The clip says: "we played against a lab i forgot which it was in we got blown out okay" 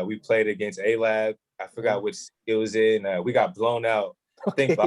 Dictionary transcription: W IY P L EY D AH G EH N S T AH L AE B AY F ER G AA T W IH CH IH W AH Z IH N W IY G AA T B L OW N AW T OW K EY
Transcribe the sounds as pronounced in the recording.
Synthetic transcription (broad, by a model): W IY P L EY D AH G EH N S T AH L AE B AY F ER G AA T W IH CH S W AH Z IH N W IY G AA T B L OW N AW T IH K